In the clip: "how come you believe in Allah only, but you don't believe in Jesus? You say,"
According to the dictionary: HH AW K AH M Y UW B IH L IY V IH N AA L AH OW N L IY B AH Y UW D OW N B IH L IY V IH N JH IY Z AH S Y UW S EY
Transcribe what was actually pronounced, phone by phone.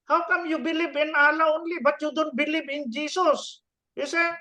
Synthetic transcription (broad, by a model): HH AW K AH M Y UW B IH L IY B IH N AA L AH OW N L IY B AH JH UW D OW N B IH L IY B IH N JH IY S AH S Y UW S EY